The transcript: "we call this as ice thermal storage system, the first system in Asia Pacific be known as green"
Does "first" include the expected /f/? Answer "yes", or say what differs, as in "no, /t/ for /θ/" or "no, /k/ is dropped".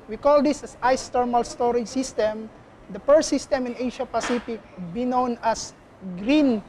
no, /p/ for /f/